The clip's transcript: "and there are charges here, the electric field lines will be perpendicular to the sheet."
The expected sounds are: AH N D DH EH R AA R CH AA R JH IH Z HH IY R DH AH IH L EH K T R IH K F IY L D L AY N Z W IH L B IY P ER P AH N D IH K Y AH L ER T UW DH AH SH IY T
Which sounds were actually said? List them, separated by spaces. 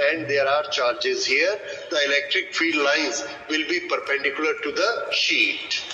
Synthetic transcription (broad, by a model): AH N D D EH R AA R CH AA R JH IH Z HH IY R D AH IH L EH K T R IH K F IY D L AY N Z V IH L B IY P ER P AH N D IH K Y AH L ER T UW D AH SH IY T